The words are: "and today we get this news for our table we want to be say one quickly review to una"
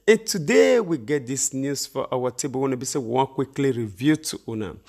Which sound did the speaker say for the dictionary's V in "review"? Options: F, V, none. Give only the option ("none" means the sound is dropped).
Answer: V